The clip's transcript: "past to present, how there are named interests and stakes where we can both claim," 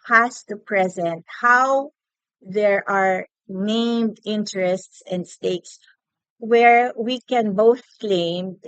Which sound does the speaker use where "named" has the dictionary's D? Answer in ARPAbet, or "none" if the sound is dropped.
D